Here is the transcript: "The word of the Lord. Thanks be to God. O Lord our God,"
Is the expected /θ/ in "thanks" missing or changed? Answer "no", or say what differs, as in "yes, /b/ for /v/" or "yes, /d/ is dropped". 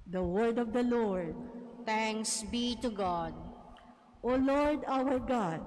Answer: yes, /t/ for /θ/